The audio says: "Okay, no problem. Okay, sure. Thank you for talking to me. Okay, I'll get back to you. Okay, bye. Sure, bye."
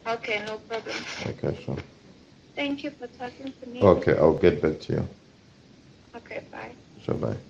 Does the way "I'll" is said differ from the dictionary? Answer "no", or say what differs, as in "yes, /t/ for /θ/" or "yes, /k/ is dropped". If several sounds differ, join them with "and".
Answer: yes, /w/ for /l/